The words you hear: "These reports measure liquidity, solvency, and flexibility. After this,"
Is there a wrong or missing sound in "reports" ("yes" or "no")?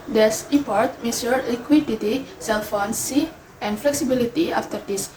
yes